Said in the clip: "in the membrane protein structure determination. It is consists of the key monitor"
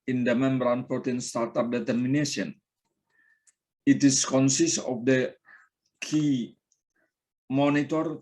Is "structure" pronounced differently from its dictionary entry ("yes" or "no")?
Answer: yes